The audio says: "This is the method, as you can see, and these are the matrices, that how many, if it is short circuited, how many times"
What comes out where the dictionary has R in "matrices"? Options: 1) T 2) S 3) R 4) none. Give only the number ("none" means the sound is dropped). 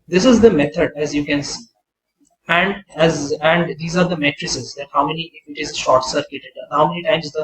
3